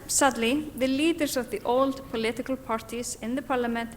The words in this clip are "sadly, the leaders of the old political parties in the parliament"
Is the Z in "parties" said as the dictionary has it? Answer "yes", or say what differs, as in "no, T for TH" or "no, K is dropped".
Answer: no, S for Z